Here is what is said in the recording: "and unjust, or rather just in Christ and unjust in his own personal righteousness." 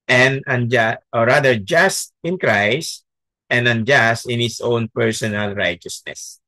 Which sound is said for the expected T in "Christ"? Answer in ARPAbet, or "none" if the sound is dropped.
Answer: T